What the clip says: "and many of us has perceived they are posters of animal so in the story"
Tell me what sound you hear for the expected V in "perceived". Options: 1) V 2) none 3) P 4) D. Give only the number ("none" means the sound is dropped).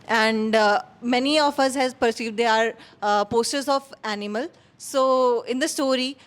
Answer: 1